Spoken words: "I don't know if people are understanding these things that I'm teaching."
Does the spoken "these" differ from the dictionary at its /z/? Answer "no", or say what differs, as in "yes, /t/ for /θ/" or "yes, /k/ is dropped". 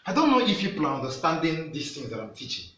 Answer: yes, /s/ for /z/